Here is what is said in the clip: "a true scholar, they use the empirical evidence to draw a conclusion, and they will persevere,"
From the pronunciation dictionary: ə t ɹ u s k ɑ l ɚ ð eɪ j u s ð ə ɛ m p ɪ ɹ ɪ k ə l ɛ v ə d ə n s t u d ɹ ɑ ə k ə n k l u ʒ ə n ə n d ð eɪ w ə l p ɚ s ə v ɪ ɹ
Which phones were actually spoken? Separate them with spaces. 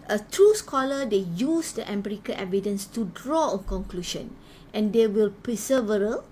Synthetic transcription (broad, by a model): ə t ɹ u s k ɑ l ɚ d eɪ j u s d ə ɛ m b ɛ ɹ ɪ k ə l ɛ v ə d ə n s t u d ɹ ɑ ə k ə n k l u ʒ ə n ə n d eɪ w ə l p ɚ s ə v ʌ ɹ